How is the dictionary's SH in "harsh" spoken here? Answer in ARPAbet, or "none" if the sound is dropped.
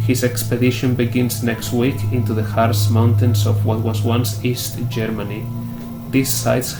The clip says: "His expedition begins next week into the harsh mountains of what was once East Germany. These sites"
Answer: S